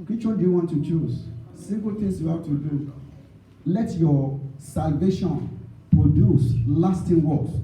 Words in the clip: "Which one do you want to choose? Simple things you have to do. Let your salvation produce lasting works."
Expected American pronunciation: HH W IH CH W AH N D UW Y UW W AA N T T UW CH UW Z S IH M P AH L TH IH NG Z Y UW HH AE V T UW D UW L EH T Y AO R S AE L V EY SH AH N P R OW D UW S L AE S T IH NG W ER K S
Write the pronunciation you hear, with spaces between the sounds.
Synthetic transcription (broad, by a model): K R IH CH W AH L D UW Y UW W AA N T T UW CH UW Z S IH M P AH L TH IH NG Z Y UW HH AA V T UW D UW L EH T Y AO S AE L V EY SH AH N P R OW D UW S L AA S T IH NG W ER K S